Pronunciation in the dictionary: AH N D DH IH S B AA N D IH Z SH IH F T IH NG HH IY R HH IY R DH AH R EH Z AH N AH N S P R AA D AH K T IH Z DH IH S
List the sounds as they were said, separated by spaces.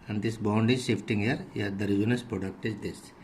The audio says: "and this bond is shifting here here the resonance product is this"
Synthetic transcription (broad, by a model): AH N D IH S B AA N D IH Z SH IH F T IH NG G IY R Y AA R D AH R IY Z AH N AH S P R AA D AH K T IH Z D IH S